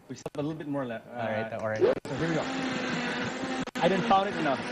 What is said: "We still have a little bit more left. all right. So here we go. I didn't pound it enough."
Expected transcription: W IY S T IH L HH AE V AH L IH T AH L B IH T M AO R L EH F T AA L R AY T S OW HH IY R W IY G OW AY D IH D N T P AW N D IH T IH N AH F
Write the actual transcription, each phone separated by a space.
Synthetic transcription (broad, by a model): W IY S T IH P AH L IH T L B IH T M AO R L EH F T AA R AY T S OW HH IY R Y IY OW AY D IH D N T F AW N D IH T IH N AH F